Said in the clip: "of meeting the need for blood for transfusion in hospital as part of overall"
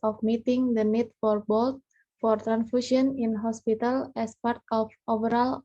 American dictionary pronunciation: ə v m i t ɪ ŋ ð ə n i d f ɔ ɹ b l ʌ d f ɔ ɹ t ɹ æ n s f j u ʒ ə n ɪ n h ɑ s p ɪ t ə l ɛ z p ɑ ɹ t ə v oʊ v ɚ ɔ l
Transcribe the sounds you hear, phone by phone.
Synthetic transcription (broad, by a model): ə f m i t ɪ ŋ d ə n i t f ɔ ɹ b l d f ɔ ɹ t ɹ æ n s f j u ʃ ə n ɪ n h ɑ s p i t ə l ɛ s p ɑ ɹ t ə f oʊ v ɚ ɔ l